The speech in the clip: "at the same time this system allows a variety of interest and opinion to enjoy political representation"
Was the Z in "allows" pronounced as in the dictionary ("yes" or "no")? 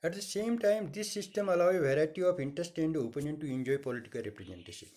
no